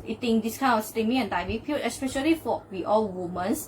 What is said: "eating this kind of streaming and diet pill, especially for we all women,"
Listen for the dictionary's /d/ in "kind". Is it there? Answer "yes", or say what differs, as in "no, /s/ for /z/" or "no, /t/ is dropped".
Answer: no, /d/ is dropped